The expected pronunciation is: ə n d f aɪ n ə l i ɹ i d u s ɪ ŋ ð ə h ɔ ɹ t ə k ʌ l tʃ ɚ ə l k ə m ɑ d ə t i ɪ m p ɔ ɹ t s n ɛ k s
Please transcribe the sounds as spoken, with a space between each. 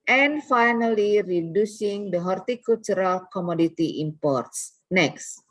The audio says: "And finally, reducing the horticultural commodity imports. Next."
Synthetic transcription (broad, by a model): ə n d f aɪ n ə l i ɹ i d u s ɪ ŋ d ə h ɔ ɹ t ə k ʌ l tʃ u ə l k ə m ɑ d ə t i ɪ m p ɔ ɹ t s n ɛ k s